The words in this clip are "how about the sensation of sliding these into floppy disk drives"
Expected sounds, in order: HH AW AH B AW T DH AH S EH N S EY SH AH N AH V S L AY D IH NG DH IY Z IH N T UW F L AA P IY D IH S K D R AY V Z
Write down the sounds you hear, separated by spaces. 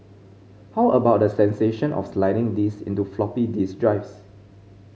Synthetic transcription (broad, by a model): HH AW AH B AW T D AH S EH N S EY SH AH N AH F S L AY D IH NG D IY S IH N T UW F L AA P IY D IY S D R AY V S